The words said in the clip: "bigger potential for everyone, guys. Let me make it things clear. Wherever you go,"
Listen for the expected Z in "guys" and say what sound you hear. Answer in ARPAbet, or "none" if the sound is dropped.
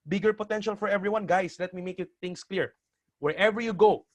S